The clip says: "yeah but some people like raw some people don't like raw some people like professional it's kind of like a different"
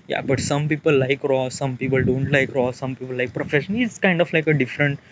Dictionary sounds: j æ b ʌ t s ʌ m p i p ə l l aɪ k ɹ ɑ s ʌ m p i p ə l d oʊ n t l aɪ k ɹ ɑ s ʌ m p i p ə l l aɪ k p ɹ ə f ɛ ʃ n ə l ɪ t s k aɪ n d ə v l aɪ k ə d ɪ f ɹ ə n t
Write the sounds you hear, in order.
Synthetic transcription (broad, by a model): j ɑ b ʌ t s ʌ m p i p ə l l aɪ k ɹ ɑ s ʌ m p i p ə l d oʊ n t l aɪ k ɹ ɑ s ʌ m p i p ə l l aɪ k p ɹ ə f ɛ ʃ ə n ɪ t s k aɪ n d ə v l aɪ k ə d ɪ f ɹ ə n t